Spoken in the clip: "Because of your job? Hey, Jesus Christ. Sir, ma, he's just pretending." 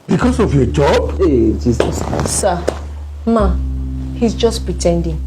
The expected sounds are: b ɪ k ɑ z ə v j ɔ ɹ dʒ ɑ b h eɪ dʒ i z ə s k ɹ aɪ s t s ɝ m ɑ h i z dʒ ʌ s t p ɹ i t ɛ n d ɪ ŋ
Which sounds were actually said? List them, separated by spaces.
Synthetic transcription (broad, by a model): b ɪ k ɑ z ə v j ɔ dʒ ɑ b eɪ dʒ i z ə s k aɪ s s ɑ m ɑ h i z dʒ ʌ s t p ɹ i t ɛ n d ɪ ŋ